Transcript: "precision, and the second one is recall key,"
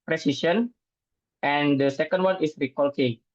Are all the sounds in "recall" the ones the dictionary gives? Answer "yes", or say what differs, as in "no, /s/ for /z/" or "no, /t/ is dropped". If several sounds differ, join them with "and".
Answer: yes